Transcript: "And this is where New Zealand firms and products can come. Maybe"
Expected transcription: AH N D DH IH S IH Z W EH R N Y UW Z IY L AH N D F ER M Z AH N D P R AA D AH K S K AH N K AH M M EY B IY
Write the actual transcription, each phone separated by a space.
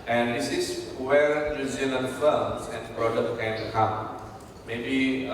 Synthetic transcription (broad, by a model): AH N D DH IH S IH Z W EH R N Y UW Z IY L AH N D F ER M S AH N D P R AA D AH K K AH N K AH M M EY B IY